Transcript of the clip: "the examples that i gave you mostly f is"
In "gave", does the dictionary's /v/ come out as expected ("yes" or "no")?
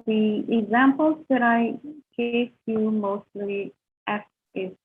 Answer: no